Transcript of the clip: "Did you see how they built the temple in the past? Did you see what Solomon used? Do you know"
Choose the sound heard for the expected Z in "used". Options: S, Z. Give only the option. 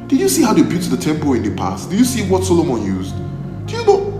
Z